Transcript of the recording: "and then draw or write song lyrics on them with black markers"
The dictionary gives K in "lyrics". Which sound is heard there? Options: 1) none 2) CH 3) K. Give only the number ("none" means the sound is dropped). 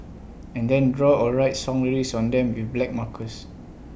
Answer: 1